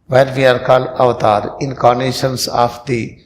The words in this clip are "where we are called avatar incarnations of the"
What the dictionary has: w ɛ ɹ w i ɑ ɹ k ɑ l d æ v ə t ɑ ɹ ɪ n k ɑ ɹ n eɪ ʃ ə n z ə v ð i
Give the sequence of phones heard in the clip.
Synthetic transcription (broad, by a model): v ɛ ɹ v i ɑ ɹ k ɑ l ʌ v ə t ɑ ɹ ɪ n k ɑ ɹ n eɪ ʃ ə n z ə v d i